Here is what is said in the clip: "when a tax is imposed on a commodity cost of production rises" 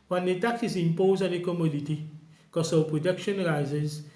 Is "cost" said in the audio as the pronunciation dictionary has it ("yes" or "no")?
no